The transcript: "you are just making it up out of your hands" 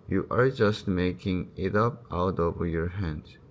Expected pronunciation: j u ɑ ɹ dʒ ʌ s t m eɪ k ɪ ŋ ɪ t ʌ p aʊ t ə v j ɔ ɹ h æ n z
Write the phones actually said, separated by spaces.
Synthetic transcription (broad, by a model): j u ɑ ɹ dʒ ʌ s t m eɪ k ɪ ŋ ɪ t ʌ p aʊ t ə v j ɔ ɹ h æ n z